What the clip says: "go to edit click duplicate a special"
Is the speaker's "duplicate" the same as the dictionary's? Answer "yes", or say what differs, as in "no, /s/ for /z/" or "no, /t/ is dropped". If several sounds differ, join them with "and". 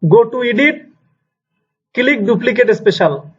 yes